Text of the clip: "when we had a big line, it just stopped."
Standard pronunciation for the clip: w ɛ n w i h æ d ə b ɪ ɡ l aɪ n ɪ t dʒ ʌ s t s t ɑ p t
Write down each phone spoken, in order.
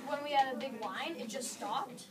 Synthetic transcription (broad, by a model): w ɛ n w i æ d ə b ɪ ɡ w aɪ n ɪ t dʒ ʌ s t s t ɑ p t